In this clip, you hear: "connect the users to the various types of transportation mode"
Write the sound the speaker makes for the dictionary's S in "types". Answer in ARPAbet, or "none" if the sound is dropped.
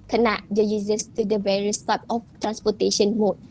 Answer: none